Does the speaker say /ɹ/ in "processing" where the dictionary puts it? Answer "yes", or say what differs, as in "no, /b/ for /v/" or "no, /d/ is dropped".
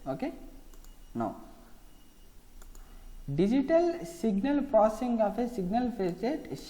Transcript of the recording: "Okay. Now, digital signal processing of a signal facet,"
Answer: no, /ɹ/ is dropped